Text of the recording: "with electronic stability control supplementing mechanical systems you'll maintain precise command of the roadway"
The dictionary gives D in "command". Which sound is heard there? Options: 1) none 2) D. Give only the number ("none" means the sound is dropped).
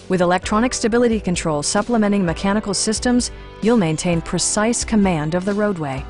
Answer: 2